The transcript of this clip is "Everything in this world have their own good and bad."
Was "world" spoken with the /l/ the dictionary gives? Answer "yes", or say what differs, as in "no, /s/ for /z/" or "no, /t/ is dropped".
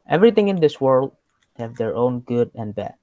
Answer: yes